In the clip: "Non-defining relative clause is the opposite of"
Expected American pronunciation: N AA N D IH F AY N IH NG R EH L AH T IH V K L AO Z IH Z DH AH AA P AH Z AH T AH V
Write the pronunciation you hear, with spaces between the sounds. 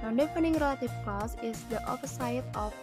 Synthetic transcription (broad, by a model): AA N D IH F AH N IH NG R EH L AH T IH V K AO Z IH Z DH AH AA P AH S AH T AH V